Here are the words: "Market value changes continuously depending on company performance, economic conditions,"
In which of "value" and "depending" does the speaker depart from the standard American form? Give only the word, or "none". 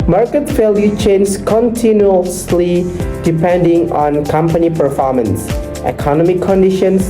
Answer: value